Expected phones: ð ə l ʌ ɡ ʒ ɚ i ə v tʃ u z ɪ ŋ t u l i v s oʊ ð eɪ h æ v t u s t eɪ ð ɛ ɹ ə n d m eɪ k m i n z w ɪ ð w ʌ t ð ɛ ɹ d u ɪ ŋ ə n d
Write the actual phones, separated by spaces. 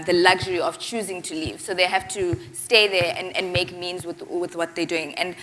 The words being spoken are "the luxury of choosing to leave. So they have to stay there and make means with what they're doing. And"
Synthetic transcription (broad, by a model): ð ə l ʌ ɡ ʒ ɚ i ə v tʃ u z ɪ ŋ t u l i v s oʊ ð eɪ h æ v t u s t eɪ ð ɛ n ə n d m eɪ k m i n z w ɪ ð w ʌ t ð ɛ d u ɪ ŋ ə n d